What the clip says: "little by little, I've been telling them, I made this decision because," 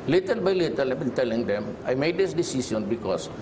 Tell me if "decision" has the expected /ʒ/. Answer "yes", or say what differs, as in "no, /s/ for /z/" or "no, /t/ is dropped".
no, /s/ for /ʒ/